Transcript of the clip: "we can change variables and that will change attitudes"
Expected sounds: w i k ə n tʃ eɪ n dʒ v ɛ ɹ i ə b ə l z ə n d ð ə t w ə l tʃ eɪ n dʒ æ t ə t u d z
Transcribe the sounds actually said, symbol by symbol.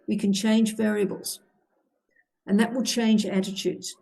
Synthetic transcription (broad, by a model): w i k ə n tʃ eɪ n dʒ v ɛ ɹ i ə b ə l z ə n ð ə t w ə l tʃ eɪ n dʒ æ t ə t u d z